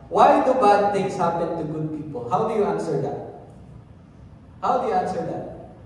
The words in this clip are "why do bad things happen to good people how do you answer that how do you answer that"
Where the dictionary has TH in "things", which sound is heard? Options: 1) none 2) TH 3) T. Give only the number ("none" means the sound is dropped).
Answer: 3